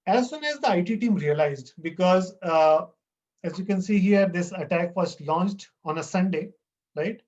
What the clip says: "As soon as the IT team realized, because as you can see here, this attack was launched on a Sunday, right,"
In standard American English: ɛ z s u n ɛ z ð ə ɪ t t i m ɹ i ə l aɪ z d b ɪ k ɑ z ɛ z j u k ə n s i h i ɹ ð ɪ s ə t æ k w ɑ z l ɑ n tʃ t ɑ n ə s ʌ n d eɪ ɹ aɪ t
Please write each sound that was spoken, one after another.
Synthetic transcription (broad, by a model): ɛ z s u n ɛ z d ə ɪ t t i m ɹ i ə l aɪ z d b ɪ k ɑ z ɛ z j u k ə n s i h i ɹ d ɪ s ə t æ k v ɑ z l ɑ n tʃ t ɑ n ə s ʌ n d eɪ ɹ aɪ t